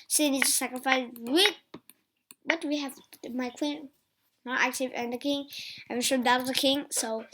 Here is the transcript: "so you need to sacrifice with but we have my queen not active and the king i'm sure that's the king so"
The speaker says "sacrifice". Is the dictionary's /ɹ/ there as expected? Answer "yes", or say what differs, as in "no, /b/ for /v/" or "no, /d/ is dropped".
yes